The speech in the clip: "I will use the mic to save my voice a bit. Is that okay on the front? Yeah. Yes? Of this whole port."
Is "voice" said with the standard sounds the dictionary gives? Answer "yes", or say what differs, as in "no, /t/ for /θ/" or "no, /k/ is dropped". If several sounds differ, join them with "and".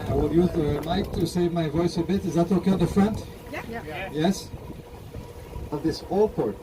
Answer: yes